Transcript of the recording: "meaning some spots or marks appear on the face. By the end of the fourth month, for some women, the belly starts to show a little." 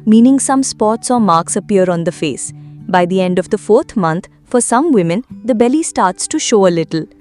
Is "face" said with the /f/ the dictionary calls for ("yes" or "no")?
yes